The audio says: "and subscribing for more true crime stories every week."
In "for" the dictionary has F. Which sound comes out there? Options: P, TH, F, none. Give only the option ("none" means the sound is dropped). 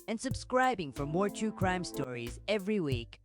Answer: F